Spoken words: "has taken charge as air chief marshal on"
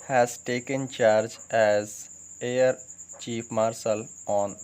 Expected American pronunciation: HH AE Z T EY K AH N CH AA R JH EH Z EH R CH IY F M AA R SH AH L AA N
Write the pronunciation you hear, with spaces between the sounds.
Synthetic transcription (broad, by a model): HH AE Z T EY K AH N CH AA R JH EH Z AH R CH IY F M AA R S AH L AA N